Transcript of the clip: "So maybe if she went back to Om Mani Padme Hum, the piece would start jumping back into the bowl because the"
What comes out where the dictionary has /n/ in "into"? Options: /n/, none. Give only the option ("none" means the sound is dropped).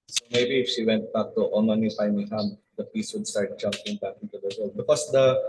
none